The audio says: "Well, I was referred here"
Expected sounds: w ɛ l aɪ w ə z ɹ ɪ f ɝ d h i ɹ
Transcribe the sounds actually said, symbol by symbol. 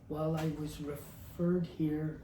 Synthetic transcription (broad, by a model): w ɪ l aɪ w ə z ɹ ɪ f ɝ d h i ɹ